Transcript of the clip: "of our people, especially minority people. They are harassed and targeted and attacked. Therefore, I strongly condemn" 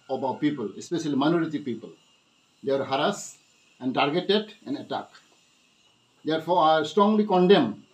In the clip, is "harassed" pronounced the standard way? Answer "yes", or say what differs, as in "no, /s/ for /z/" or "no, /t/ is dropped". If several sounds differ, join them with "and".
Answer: no, /t/ is dropped